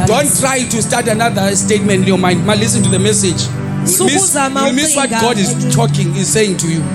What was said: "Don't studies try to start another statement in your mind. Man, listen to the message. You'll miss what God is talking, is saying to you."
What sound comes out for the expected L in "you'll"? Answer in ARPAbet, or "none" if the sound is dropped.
W